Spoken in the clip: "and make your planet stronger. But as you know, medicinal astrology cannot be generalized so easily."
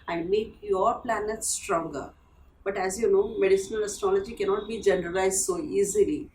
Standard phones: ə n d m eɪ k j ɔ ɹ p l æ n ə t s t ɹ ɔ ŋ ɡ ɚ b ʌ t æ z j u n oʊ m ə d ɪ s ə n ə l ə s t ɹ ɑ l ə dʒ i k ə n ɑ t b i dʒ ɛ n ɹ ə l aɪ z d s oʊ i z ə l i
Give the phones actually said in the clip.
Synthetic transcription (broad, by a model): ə n d m eɪ k j ɔ ɹ p l æ n ə t s t ɹ ɔ ŋ ɡ ɚ b ʌ t æ z j u n oʊ m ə d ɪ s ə n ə l ə s t ɹ ɑ l ə dʒ i k ə n ɑ t b i dʒ ɛ n ɹ ə l aɪ z d s oʊ i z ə l i